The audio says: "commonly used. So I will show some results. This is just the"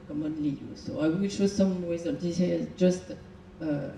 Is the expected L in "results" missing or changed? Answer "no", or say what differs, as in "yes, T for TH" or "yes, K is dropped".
yes, N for L